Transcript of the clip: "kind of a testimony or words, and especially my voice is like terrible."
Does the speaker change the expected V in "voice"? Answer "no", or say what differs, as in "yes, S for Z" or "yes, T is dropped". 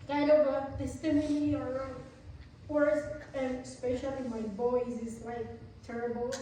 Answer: yes, B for V